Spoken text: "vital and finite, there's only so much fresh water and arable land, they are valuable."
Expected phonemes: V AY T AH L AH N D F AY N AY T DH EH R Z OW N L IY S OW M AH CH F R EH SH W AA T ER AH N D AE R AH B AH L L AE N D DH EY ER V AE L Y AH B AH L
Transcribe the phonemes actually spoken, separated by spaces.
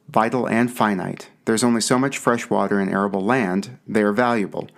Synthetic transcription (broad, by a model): V AY T L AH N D F AY N AY T DH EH R Z OW N L IY S OW M AH CH F R EH SH W AA T ER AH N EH R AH B L L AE N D DH EY ER V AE L Y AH B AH L